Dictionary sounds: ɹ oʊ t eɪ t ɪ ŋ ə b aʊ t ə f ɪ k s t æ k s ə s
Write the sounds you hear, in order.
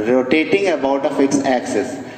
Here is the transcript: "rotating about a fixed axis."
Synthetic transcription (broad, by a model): ɹ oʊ t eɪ t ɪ ŋ ə b aʊ t ə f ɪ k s æ k s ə s